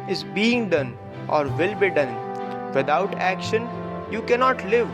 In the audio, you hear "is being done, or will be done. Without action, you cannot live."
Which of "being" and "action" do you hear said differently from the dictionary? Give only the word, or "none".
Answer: none